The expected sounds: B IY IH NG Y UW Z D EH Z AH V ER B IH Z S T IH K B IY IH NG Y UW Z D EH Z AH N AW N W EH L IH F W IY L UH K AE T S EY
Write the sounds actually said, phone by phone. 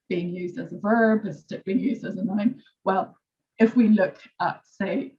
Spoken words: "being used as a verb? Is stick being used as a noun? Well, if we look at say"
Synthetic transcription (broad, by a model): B IY IH NG Y UW Z D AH Z AH V ER B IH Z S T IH B IY IH NG Y UW Z D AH Z AH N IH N W EH L IH F W IY L UH K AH T S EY